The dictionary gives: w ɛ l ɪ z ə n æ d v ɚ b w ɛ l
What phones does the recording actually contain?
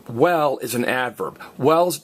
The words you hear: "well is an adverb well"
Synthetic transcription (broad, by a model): w ɛ l ɪ z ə n æ d v ɚ b w ɛ l